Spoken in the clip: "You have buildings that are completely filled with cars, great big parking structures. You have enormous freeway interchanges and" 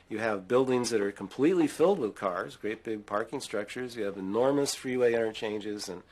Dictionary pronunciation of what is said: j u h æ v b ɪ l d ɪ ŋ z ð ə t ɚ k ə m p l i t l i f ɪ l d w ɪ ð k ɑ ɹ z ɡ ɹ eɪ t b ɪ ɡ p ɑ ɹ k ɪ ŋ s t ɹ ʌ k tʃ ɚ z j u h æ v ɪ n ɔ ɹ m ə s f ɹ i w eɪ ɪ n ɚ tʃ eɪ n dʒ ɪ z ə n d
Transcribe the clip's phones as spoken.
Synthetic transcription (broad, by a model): j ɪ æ v b ɪ l d ɪ ŋ z ð ə t ɚ k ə m p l i t l i f ɪ l d w ɪ ð k ɑ ɹ z ɡ ɹ eɪ t b ɪ ɡ p ɑ ɹ k ɪ ŋ s t ɹ ʌ k tʃ ɚ z j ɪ v ɪ n ɔ ɹ m ə s f ɹ i w eɪ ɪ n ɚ tʃ eɪ n dʒ ɪ z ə n